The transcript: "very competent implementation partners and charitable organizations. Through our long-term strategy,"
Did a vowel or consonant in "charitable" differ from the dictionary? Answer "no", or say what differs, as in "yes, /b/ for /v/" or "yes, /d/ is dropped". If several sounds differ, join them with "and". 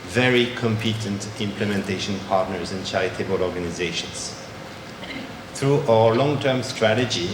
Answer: yes, /ɹ/ is dropped